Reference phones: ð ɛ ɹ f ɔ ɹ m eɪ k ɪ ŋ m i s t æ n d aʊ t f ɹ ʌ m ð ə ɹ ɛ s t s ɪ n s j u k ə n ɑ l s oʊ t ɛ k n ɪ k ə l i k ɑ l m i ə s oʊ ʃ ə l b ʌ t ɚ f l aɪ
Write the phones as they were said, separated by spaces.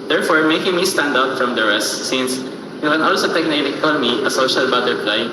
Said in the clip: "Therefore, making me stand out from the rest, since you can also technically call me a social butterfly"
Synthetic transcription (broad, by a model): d ɛ ɹ f ɔ ɹ m eɪ k ɪ ŋ m i s t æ n d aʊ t f ɹ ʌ m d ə ɹ ɛ s t s ɪ n s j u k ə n ɑ l s oʊ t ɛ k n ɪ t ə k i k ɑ n m i ə s oʊ ʃ ə l b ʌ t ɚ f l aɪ